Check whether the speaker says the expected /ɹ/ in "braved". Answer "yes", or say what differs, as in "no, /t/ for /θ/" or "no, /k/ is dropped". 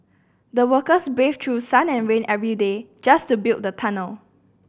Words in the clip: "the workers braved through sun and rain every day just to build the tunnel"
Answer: no, /ɹ/ is dropped